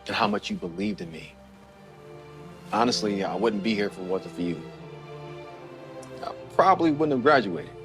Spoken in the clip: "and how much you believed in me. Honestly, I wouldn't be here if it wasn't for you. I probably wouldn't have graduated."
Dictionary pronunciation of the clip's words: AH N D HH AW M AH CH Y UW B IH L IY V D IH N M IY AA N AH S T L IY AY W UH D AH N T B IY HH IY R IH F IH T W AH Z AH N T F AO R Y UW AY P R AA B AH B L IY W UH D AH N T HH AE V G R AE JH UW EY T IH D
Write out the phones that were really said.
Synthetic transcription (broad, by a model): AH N HH AW M AH CH Y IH B IH L IY V D IH N M IY AA N AH S T L IY AY W UH D N B IY HH IY R F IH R W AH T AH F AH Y Y UW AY P R AA B AH B L IY W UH D N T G R AE JH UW EY IH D